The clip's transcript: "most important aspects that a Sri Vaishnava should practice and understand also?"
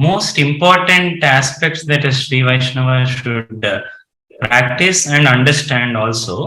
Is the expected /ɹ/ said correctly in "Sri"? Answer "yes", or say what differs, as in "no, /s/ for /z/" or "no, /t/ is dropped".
yes